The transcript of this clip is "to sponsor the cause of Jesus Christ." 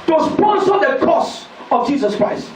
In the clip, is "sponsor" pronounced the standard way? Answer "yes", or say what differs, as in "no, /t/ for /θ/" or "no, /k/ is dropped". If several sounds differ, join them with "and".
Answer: no, /n/ is dropped